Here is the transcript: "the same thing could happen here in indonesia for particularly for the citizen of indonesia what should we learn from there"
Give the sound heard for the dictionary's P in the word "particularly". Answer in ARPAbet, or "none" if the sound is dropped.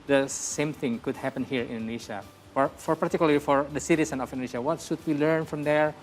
F